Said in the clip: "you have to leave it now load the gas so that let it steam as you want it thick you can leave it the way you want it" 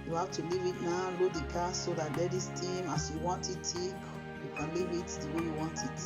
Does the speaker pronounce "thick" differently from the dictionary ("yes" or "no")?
yes